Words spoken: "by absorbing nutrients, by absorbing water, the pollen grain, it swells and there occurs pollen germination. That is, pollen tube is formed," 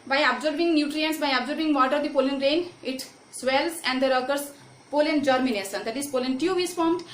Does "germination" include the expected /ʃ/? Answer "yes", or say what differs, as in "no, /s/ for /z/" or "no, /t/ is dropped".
no, /s/ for /ʃ/